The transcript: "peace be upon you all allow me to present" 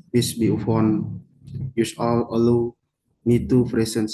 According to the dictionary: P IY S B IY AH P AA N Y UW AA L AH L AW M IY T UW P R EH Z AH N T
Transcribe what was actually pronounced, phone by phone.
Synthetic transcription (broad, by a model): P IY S B IY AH F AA N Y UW AA L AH L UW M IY T UW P R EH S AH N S